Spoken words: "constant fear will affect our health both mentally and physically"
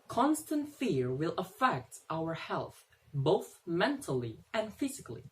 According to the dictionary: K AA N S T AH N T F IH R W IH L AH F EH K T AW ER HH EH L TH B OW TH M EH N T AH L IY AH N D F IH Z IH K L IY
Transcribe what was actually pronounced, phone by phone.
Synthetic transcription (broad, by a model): K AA N S T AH N T F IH R W IH L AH F EH K T AW ER HH EH L TH B OW TH M EH N T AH L IY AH N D F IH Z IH K L IY